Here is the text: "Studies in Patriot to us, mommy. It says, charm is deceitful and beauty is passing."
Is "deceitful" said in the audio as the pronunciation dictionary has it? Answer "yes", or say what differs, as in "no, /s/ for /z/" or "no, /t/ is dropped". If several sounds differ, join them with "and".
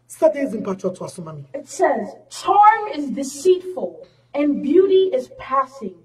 yes